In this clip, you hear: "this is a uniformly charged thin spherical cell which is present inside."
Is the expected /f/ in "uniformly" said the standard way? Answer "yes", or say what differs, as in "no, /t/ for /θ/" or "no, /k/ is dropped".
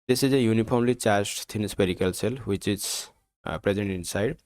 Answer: no, /p/ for /f/